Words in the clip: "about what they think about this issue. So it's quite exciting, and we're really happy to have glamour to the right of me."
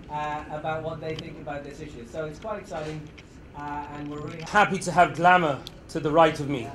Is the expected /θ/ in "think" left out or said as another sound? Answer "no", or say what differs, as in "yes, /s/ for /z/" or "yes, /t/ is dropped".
no